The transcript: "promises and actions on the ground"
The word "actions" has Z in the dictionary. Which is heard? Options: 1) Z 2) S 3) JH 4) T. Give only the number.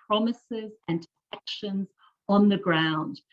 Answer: 1